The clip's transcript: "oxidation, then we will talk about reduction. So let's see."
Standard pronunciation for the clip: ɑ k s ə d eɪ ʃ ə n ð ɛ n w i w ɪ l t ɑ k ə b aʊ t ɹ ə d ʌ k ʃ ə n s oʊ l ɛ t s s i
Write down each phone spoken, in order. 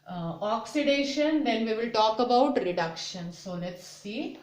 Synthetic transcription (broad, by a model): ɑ k s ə d eɪ ʃ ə n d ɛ n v i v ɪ l t ɑ k ə b aʊ t ɹ ə d ʌ k ʃ ə n s oʊ n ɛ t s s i